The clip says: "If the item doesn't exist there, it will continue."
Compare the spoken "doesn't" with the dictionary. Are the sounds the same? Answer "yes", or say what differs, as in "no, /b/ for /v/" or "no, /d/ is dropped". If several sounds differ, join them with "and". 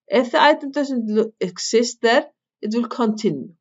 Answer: no, /s/ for /z/